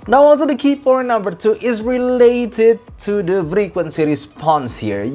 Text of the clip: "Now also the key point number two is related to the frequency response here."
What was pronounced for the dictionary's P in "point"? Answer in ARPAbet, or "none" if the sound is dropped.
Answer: F